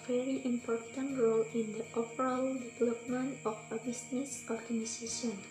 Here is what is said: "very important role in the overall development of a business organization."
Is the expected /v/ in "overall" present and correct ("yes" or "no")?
no